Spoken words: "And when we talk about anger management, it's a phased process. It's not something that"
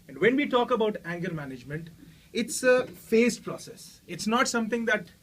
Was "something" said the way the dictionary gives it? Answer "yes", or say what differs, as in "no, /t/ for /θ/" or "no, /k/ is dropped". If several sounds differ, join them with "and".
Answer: no, /t/ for /θ/